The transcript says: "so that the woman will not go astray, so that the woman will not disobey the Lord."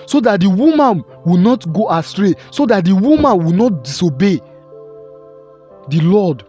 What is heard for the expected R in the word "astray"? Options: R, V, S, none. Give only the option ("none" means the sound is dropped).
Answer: R